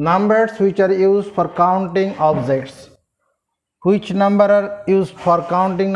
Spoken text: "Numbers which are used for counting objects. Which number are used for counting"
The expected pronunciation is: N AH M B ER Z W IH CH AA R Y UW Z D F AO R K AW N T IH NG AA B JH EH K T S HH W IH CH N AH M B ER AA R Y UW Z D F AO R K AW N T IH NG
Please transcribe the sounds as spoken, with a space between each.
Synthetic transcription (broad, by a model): N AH M B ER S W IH CH AA R Y UW Z D F AO R K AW N T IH NG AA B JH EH T S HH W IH CH N AH M B ER AA R Y UW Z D F AO R K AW N T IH NG